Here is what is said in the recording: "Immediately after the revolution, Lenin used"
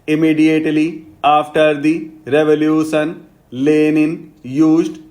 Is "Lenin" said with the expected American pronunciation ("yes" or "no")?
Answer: yes